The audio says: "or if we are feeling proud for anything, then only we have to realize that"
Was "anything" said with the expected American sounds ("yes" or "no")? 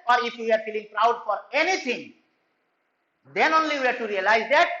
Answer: no